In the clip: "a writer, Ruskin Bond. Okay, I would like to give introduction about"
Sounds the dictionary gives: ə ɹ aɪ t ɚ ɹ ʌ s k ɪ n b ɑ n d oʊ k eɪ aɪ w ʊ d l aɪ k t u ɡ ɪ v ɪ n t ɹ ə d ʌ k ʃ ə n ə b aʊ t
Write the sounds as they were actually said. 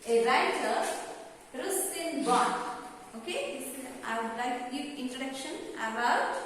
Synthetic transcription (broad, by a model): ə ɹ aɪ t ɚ ɹ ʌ s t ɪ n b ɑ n oʊ k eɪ aɪ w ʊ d l aɪ k t u ɡ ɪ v ɪ n t ɹ ə d ʌ k ʃ ə n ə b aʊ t